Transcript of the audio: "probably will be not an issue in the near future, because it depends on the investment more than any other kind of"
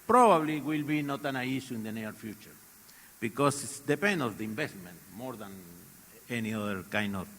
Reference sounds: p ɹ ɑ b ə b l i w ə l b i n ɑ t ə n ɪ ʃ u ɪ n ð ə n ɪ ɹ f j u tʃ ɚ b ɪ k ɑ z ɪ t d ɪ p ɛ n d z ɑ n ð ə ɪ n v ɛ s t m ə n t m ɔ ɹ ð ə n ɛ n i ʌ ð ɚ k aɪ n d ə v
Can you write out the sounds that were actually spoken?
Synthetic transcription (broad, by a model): p ɹ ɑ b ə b l i w ə l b i n ɑ t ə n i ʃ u ɪ n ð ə n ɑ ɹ f j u tʃ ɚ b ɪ k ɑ s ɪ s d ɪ p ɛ n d ɑ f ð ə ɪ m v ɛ s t m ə n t m ɔ ɹ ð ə n ɛ n i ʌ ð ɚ k aɪ n d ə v